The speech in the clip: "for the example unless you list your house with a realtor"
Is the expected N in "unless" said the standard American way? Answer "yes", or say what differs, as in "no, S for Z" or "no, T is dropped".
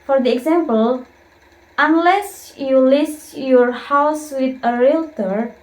yes